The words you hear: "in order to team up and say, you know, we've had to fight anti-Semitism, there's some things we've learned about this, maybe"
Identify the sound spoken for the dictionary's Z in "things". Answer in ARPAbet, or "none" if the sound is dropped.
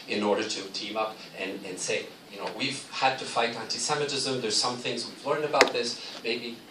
Z